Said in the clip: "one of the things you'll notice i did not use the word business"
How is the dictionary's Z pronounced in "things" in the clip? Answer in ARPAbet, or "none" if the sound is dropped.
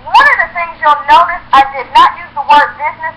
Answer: Z